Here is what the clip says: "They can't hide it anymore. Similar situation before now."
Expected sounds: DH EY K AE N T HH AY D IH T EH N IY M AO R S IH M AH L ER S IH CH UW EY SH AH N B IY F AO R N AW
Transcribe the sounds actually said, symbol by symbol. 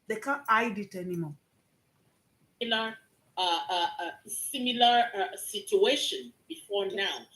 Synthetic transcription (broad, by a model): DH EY K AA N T AY D IH T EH N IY M AO L S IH M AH L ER S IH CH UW EY SH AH N B IY F AO R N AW